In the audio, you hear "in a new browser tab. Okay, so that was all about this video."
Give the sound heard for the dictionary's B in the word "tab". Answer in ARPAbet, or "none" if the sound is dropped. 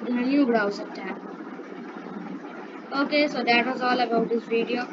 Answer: none